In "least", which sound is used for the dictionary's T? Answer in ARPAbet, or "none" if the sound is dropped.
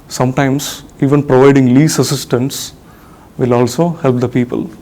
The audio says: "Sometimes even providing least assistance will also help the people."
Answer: none